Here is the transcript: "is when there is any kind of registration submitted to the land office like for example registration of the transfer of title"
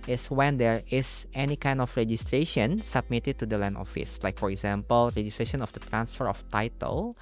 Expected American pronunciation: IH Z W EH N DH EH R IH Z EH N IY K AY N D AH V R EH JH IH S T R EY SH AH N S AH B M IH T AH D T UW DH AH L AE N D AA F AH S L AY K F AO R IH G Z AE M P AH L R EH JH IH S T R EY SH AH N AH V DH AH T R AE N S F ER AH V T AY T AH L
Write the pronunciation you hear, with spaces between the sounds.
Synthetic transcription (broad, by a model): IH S W EH N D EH R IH S EH N IY K AY N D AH F R EH JH IH S T R EY SH AH N S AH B M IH T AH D T UW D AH L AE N AA F AH S L AY K F AO R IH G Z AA M P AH L R EH JH IH S T R EY SH AH N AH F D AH T R AE N S F ER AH F T AY T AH L